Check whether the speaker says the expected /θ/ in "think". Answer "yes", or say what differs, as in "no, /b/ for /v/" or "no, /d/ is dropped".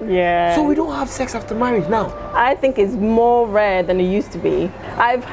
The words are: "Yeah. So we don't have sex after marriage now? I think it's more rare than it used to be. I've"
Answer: yes